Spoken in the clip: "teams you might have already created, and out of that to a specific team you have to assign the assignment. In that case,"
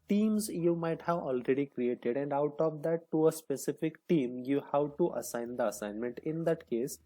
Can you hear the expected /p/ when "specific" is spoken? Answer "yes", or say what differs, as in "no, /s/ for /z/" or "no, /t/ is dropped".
yes